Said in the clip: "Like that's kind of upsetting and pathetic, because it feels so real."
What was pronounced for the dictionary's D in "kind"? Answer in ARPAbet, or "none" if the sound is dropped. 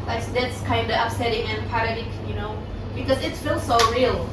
D